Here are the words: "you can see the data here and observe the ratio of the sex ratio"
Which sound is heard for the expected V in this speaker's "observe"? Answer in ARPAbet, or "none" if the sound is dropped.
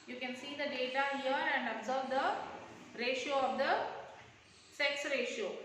V